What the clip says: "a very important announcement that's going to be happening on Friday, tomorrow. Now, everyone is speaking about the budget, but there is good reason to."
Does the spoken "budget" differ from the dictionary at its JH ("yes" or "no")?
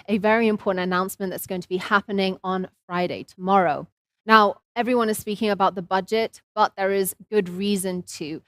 no